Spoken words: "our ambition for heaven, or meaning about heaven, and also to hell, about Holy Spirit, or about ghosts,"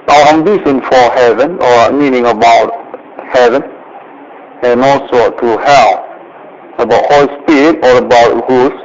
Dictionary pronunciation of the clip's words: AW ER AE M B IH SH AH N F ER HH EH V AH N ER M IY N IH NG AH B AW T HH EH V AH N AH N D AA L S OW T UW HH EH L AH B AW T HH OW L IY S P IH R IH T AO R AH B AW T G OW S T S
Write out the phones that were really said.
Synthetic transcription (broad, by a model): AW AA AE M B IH S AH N F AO HH EH V AH N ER M IY N IH NG AH B AW T HH EH V AH N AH N AA L S OW T UW HH EH L AH B AW T HH OW L IY S P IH R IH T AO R AH B AW T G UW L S